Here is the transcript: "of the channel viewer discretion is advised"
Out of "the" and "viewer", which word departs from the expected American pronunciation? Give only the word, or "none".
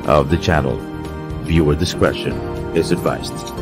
none